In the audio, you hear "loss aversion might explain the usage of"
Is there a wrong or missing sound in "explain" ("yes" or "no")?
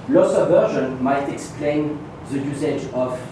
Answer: no